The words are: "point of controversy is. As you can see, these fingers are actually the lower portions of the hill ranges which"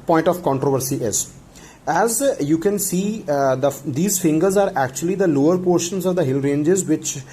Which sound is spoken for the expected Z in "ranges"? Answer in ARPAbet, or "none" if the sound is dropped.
Z